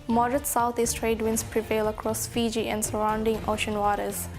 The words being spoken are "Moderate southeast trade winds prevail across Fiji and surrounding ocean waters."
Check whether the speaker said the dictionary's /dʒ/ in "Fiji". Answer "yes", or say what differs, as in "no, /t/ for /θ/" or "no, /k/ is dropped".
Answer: yes